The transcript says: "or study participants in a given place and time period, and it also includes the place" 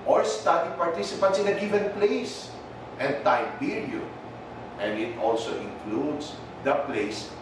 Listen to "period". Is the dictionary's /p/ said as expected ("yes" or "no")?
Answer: no